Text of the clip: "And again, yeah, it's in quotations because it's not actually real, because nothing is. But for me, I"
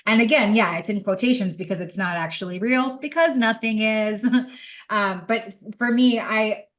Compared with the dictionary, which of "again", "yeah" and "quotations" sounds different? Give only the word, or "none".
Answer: none